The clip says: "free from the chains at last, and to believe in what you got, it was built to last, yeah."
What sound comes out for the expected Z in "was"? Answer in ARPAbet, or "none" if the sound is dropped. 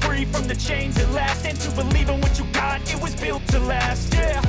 Z